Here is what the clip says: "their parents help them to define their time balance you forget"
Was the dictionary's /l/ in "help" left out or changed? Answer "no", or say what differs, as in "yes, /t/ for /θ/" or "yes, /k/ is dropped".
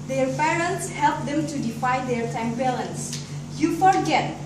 no